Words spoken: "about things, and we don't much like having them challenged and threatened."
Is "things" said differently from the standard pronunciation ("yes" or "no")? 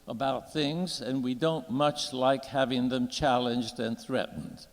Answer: no